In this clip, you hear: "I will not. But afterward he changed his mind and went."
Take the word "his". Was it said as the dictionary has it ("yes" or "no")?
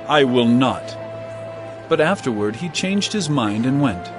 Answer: yes